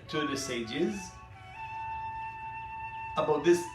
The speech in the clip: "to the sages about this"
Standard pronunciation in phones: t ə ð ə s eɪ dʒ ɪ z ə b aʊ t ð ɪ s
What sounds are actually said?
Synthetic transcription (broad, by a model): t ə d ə s eɪ dʒ ɪ z ə b aʊ t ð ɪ s